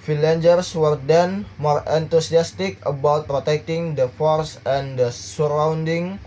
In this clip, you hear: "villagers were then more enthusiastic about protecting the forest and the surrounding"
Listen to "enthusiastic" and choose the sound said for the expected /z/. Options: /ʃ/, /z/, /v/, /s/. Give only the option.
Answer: /s/